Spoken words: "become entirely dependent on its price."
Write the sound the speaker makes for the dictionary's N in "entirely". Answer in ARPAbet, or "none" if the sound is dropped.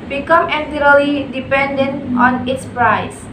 none